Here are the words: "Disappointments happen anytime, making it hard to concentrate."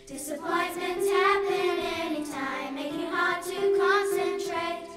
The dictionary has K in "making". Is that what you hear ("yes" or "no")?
no